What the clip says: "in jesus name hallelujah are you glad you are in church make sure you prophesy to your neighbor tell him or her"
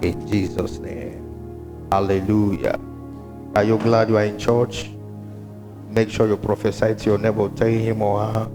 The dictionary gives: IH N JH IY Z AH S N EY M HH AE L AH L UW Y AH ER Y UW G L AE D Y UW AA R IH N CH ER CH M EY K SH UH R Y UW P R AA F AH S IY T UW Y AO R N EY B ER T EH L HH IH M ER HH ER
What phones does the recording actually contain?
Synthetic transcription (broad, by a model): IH N JH IY Z AH S N EY M HH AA L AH L UW Y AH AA Y UW G L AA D Y UW AA R IH N CH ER CH M EY K SH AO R Y UW P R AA F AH S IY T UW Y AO N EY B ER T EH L HH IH M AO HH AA